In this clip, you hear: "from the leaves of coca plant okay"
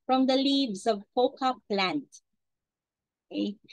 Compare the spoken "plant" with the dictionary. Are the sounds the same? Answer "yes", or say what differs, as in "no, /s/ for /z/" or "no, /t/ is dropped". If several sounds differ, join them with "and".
yes